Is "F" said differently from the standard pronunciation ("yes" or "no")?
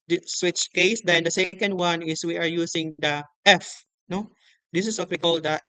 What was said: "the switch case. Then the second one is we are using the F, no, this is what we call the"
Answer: no